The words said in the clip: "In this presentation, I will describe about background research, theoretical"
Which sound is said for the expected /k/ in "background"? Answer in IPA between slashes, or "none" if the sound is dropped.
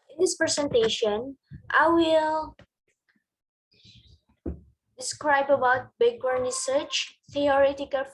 none